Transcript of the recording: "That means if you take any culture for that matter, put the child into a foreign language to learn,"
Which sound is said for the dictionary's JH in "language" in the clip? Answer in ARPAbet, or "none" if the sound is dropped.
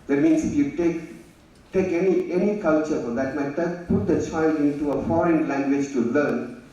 JH